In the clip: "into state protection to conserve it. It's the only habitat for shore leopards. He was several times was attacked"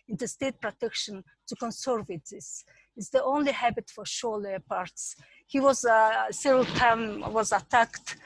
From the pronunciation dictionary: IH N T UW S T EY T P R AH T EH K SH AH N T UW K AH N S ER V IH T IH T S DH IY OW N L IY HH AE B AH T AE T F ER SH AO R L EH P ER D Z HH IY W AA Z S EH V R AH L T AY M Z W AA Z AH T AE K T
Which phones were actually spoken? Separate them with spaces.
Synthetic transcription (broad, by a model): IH N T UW S T EY T P R AH T EH K SH AH N T UW K AH N S ER V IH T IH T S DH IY OW N L IY HH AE B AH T T F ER SH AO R L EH P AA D S HH IY W AA Z S EH V R AH L T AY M W AA Z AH T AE K T